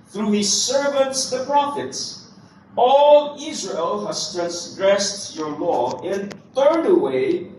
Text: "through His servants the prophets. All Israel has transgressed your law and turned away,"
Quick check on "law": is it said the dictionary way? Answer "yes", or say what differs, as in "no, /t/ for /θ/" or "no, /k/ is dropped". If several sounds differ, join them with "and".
yes